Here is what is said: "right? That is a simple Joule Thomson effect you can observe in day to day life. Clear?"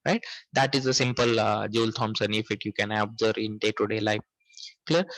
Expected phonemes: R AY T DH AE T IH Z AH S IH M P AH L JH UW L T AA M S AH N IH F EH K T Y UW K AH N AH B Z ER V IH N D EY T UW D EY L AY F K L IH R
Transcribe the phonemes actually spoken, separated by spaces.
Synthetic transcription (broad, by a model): R AY T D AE T IH Z AH S IH M P AH L JH UW L T AA M S AH N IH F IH T Y UW K AH N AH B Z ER IH N D EY T UW D EY L AY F K L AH R